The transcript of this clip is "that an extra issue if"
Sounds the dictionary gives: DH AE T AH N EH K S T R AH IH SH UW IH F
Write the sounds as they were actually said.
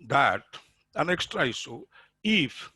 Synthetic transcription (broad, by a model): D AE T AH N EH K S T R AH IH S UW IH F